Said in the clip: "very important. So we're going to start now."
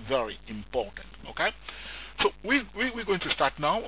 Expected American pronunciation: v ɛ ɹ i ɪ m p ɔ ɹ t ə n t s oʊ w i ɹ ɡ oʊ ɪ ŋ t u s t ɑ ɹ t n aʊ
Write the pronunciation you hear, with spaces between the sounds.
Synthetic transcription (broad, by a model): v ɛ ɹ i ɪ m p ɔ ɹ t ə n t s oʊ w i w ɡ oʊ ɪ ŋ t u s t ɑ ɹ t n aʊ